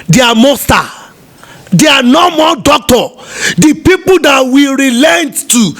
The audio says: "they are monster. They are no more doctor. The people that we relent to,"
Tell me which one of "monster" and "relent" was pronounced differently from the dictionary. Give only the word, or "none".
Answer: monster